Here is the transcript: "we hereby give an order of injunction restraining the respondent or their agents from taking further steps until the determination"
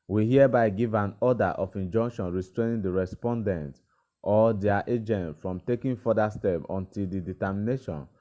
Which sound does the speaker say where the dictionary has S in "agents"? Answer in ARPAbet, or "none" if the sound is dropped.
none